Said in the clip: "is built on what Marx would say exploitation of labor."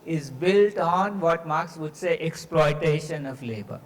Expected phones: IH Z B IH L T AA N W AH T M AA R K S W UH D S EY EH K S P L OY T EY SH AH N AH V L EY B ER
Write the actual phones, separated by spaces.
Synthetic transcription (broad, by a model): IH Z B IH L T AA N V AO T M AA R K S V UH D S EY EH K S P L OY T EY SH AH N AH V L EY B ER